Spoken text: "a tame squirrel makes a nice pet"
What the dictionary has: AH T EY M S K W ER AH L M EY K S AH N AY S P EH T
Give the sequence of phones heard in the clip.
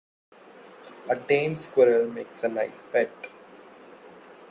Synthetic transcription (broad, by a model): AH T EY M S K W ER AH L M EY K S AH L AY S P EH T